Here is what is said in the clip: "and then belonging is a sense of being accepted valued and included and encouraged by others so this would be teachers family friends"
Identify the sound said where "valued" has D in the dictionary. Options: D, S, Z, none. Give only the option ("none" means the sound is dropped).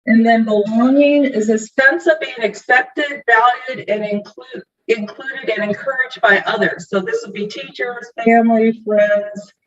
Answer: D